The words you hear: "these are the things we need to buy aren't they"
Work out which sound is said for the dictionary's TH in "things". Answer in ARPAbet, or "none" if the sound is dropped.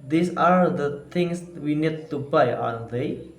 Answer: T